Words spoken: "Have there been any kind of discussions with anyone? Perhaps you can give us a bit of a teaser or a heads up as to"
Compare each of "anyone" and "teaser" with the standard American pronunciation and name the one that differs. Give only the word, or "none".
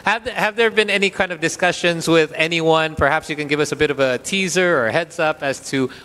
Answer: none